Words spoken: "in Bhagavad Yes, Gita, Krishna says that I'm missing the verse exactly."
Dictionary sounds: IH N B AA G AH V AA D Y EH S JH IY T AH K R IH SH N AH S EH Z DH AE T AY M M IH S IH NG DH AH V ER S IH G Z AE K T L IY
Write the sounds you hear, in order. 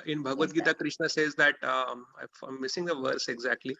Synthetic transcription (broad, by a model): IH N B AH G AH V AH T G IY T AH K R IH SH N AH S EH Z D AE T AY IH M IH S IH NG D AH V ER S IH G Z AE K T L IY